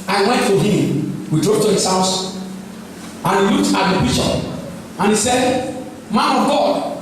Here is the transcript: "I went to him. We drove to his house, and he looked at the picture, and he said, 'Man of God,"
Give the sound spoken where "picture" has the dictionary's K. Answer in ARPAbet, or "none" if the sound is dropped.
none